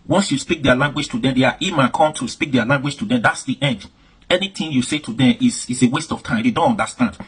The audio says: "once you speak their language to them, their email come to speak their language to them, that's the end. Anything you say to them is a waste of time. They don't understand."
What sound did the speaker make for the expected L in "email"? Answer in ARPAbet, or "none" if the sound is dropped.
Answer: N